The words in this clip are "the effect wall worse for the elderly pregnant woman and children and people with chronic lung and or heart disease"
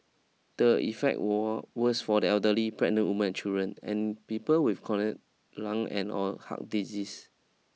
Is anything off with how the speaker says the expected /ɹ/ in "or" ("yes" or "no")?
yes